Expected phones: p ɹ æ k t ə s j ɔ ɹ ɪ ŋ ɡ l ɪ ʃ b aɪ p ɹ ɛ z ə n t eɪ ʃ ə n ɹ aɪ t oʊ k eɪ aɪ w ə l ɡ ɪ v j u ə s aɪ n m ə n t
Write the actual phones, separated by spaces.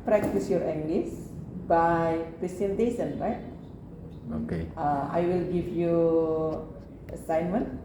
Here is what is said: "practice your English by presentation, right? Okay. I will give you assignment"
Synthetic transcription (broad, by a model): p ɹ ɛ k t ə s j ɔ ɹ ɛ ŋ ɡ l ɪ s b aɪ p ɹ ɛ s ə n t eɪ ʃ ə n ɹ aɪ t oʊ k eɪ aɪ w ə l ɡ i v j u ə s aɪ n m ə n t